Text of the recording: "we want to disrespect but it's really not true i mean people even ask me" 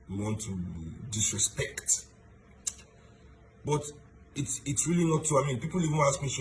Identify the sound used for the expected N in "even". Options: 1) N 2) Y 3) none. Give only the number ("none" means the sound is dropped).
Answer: 3